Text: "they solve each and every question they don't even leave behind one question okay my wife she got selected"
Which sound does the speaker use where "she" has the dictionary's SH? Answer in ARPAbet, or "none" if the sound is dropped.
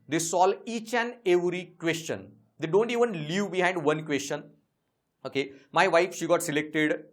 SH